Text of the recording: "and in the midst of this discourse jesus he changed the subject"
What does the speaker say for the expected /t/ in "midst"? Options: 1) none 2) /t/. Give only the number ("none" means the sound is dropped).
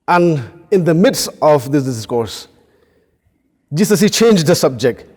2